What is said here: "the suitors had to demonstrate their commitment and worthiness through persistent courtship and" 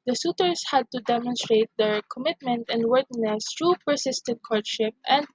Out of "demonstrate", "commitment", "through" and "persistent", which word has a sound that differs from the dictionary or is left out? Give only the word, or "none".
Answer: through